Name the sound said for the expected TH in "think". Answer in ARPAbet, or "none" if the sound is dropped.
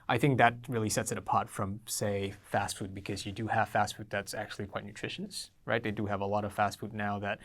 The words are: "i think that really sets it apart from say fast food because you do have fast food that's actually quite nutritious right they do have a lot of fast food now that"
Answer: TH